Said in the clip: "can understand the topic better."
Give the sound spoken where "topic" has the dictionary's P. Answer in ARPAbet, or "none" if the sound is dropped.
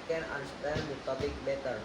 B